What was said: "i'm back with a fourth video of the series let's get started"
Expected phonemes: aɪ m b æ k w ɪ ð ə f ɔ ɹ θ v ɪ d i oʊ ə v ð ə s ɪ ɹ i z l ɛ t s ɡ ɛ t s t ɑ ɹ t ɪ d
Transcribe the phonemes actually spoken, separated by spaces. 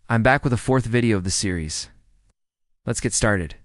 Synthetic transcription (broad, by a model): aɪ m b æ k w ɪ ð ə f ɔ ɹ θ v ɪ d i oʊ ə v ð ə s ɪ ɹ i z l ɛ t s ɡ ɛ t s t ɑ ɹ t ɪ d